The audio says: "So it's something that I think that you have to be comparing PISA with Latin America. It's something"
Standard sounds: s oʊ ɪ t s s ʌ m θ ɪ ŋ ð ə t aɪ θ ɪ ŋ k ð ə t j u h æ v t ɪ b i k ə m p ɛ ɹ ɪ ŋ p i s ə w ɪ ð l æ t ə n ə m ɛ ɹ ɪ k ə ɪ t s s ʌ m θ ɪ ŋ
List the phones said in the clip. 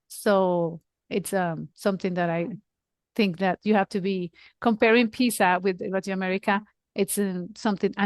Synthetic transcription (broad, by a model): s oʊ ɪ t s s ʌ m θ ɪ ŋ ð ə t aɪ θ ɪ ŋ k ð ə t j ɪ h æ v t ɪ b i k ə m p ɛ ɹ ɪ ŋ p i s ə w ɪ ð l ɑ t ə ə m ɛ ɹ ɪ k ə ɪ t s s ʌ m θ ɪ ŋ